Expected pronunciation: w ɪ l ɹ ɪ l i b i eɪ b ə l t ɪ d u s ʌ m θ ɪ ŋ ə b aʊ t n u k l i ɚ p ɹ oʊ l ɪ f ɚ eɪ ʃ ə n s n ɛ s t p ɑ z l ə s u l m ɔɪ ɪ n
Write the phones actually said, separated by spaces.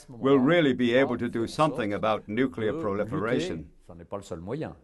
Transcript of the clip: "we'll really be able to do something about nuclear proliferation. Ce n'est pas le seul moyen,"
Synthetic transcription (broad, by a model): w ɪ l ɹ ɪ l i b i eɪ b ə l t ɪ d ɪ s ʌ m θ ɪ ŋ ə b aʊ t n u k l i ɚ p ɹ oʊ l ɪ f ɚ eɪ ʃ ə n s n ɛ p ɑ l ə s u l m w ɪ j